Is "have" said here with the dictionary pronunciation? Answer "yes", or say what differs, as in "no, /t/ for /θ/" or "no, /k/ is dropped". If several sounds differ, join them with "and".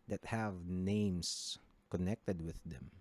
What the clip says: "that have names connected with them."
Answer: yes